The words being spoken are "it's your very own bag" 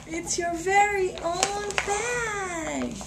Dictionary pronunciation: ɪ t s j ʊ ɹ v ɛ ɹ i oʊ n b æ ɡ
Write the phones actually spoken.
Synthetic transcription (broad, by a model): ɪ t s j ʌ ɹ v ɛ ɹ i oʊ n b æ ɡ